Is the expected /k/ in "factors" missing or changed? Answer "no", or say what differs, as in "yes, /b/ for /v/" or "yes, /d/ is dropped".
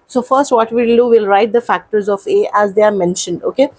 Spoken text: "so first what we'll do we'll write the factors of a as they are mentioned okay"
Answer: no